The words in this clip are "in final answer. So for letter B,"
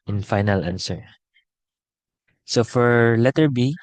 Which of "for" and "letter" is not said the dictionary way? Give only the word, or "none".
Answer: none